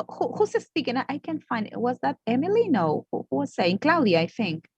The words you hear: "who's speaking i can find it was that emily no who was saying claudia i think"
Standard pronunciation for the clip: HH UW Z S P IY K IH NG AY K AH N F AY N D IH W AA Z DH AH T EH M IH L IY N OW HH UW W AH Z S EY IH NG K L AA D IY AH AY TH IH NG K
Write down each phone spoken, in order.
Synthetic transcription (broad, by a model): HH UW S S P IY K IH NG AY K AH N F AY N D IH W AA Z DH AH T EH M IH L IY N OW HH UW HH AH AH S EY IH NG K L AA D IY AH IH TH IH NG K